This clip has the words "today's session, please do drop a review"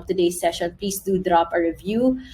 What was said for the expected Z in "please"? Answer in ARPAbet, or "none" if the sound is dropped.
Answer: S